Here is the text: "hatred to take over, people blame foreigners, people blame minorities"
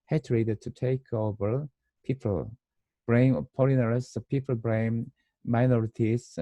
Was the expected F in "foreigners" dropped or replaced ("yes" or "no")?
yes